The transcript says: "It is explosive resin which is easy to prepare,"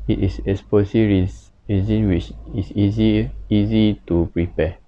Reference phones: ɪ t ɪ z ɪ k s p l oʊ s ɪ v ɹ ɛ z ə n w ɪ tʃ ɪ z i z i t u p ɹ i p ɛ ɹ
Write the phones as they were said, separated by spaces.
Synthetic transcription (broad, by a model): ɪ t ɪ s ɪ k s p oʊ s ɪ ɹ ɹ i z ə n w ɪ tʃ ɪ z i z i t u p ɹ i p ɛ